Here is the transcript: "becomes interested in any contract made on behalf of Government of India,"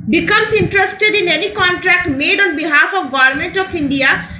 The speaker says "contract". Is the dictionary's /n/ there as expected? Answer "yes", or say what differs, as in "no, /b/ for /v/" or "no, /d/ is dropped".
yes